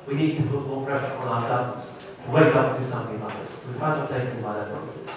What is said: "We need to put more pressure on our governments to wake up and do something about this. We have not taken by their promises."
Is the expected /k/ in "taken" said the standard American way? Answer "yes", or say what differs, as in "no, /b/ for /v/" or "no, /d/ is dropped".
no, /k/ is dropped